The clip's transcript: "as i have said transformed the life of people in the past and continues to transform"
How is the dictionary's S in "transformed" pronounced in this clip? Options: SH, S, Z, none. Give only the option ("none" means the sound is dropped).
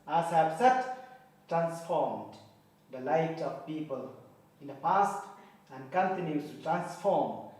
S